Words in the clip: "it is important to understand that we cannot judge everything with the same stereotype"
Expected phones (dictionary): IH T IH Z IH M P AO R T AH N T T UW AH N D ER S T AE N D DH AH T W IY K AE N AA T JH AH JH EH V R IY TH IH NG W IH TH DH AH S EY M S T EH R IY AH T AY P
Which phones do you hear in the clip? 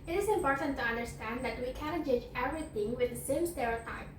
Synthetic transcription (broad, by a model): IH T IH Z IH M P AO R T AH N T T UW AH N D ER S T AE N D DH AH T W IY K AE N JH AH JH EH V R IY TH IH NG W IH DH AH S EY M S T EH R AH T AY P